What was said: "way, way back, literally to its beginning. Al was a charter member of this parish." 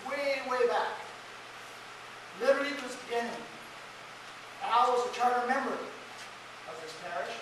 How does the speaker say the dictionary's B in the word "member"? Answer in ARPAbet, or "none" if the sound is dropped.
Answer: none